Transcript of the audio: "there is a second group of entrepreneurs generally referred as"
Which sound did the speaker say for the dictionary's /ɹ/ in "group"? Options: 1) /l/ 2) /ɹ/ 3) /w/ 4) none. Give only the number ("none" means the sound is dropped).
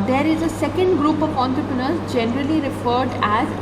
2